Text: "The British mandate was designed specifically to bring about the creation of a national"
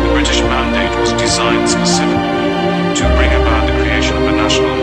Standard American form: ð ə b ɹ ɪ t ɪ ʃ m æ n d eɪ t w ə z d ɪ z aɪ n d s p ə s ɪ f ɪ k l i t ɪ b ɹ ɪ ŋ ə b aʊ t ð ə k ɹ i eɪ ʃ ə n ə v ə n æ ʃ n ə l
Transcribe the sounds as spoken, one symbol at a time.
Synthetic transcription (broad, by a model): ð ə b ɹ ɪ t ɪ ʃ m æ n d eɪ t w ə z d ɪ z aɪ n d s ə s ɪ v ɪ l t ɪ b ɹ ɪ ŋ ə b aʊ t ð ə k ɹ i eɪ ʃ ə n ə v ə n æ ʃ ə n